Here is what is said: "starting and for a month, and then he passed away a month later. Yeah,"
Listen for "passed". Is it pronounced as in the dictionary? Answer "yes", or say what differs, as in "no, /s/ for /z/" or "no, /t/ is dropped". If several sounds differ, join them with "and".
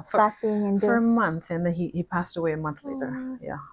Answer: yes